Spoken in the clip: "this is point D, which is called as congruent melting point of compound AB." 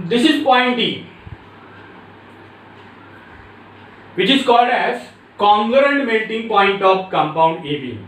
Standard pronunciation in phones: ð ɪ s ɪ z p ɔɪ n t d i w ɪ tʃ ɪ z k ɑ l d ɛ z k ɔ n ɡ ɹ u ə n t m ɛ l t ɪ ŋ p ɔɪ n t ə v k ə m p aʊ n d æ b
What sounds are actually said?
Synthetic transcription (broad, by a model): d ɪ s ɪ z p ɔɪ n t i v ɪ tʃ ɪ z k ɑ l d ɛ z k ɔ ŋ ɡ ɹ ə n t m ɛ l t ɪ ŋ p ɔɪ n t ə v k ə m p aʊ n d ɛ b